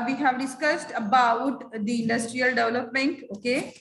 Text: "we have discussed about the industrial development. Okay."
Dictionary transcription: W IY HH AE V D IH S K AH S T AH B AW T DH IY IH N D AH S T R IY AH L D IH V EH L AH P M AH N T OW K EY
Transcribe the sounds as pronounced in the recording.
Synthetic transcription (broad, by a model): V IY HH AE V D IH S K AH S T AH B AW T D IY IH N D AH S T R IY AH L D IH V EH L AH P M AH N T OW K EY